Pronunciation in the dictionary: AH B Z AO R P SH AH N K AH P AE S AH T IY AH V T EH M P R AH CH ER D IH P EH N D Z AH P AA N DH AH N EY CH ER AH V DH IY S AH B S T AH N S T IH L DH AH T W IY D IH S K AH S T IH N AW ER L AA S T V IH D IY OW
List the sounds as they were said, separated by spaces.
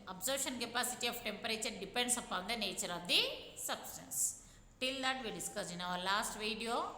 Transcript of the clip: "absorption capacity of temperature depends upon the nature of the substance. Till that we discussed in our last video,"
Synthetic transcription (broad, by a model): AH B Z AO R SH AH N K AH P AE S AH T IY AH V T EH M P R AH CH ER D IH P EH N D S AH P AA N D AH N EY CH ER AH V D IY S AH B S T AH N S T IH L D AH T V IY D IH S K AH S IH N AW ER L AA S T V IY D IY OW